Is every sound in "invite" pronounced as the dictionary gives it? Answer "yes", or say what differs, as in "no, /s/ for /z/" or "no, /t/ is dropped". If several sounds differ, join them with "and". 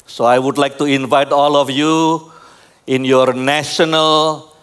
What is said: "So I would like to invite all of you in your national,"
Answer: yes